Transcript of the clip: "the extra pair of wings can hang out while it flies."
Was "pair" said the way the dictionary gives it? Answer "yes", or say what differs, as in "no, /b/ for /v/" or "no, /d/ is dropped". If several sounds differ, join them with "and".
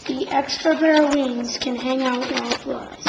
no, /b/ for /p/